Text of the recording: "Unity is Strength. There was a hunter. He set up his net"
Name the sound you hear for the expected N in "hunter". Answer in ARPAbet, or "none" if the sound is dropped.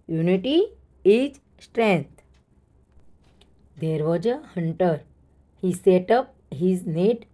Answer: N